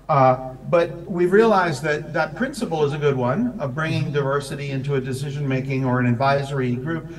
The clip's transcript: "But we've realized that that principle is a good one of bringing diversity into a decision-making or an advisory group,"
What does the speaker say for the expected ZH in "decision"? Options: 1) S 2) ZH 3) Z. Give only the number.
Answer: 2